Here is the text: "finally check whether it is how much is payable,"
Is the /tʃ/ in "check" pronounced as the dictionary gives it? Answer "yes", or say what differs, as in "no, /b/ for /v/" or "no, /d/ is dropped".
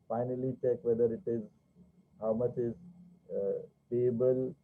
yes